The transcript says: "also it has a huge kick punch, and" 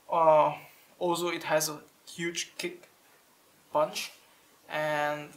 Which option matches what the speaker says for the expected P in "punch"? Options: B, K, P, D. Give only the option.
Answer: B